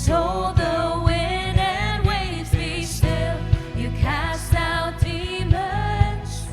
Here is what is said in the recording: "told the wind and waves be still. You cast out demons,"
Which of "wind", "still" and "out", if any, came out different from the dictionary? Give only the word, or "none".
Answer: wind